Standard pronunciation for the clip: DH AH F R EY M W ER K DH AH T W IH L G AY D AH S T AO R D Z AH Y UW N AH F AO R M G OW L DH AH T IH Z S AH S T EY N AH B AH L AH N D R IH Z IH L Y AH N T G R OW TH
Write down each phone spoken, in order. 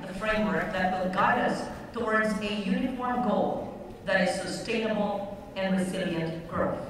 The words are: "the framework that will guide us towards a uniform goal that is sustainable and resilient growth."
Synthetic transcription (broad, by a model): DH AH F R EY M W ER K DH AH T W IH L G AY D AH S T AO R D Z AH Y UW N AH F AO R M G OW L DH AH T IH Z S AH S T EY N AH B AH L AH N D R IH Z IH L Y AH N T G R OW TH